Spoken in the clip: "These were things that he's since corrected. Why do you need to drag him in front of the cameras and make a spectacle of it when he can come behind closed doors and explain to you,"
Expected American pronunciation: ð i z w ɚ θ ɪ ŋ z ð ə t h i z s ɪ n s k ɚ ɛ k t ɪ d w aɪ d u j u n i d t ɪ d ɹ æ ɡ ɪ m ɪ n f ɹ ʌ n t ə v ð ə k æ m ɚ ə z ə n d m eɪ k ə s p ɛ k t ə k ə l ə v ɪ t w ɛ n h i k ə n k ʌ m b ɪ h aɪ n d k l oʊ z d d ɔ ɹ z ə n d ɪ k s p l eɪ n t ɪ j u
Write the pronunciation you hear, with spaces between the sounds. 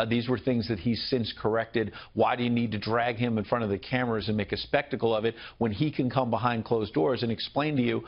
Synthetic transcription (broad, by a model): ð i z w ɚ θ ɪ ŋ z ð ə t h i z s ɪ n s k ɚ ɛ k t ɪ d w aɪ d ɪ j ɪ n i d t ɪ d ɹ æ ɡ ɪ m ɪ n f ɹ ʌ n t ə v ð ə k æ m ɚ ə z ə n m eɪ k ə s p ɛ k t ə k l ə v ɪ t w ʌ n i k ə n k ʌ m b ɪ h aɪ n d k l oʊ z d d ɔ ɹ z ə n ɪ k s p l eɪ n t ɪ j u